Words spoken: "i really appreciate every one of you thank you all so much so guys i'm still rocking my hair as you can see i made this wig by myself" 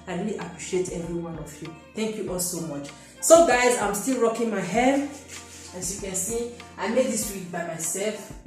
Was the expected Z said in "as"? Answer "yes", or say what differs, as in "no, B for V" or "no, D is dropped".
no, S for Z